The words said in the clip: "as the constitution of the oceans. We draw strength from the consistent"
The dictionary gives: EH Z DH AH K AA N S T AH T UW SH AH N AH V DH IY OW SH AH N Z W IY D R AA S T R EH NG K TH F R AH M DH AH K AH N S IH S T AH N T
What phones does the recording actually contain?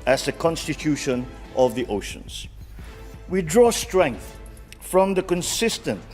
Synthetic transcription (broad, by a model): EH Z DH AH K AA N S T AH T UW SH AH N AH V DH IY OW SH AH N Z W IY D R AA S T R EH NG K TH F R AH M DH AH K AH N S IH S T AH N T